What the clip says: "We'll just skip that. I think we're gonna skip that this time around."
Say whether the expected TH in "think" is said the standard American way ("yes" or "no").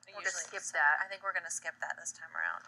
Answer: yes